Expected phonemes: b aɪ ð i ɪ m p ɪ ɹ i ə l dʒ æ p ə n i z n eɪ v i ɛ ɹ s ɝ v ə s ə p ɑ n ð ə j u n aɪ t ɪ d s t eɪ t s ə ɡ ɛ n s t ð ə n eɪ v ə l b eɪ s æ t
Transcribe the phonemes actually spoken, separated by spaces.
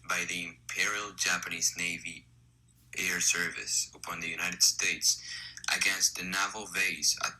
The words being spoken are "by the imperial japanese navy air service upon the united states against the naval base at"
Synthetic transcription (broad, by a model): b aɪ ð i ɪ m p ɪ ɹ i l dʒ æ p ə n i z n eɪ v i ɛ ɹ s ɝ v ə s ə p ɑ n ð ə j u n aɪ t ɪ d s t eɪ t s ə ɡ ɛ n s t ð ə n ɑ v l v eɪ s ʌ